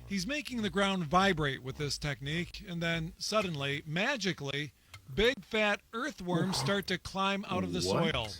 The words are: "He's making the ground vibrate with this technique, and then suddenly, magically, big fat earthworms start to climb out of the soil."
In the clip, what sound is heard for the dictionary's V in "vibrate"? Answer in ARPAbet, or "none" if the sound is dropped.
V